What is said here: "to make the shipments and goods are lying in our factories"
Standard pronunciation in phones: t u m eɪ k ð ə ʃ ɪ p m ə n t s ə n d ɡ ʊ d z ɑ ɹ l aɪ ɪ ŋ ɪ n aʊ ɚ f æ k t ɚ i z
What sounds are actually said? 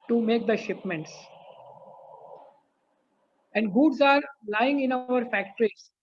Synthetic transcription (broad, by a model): t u m eɪ k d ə ʃ ɪ p m ə n t s ə n d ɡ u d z ɑ ɹ l aɪ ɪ ŋ ɪ n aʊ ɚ f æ k t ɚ i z